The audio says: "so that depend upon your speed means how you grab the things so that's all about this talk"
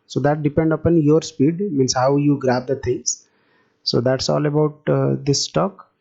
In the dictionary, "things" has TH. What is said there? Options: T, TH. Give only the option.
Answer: T